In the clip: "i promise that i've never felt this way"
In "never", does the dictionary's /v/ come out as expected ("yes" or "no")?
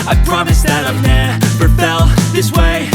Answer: no